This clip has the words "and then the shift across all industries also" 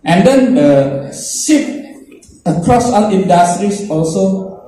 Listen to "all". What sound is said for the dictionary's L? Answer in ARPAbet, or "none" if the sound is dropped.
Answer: N